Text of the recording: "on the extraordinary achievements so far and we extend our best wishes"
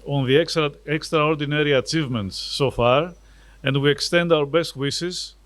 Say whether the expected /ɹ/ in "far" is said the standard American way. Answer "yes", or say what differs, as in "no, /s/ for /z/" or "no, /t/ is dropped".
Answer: yes